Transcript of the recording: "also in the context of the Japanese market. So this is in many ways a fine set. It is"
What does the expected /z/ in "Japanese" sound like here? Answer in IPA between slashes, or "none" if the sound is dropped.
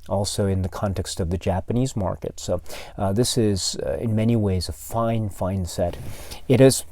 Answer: /z/